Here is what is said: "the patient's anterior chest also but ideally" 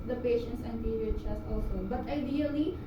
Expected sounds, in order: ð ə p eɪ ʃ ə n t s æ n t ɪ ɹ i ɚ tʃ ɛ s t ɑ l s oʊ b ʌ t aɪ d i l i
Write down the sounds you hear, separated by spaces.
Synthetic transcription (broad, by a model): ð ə p eɪ ʃ ə n t s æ n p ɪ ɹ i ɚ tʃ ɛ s ɑ l s oʊ b ʌ t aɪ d i l i